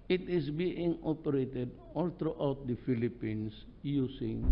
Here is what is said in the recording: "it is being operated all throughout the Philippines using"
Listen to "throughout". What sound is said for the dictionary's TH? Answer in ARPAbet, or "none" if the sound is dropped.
T